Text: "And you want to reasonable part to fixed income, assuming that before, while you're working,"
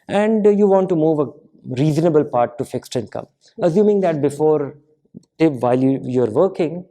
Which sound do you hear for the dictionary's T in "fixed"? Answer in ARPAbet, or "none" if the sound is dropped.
T